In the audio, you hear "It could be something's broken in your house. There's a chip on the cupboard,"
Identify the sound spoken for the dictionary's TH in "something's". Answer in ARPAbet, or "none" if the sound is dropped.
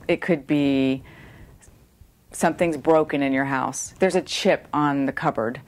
TH